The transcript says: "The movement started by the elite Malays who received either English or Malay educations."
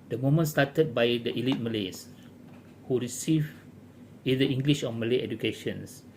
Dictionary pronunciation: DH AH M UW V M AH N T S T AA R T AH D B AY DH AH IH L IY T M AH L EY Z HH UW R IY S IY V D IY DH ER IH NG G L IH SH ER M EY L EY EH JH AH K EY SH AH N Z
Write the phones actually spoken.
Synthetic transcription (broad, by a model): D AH M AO M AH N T S T AA T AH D B AY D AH IH L IY T M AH L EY S HH UW R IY S IY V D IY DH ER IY NG G L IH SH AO M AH L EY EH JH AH K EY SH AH N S